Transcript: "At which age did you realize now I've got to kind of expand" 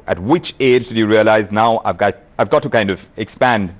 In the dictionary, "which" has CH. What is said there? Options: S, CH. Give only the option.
CH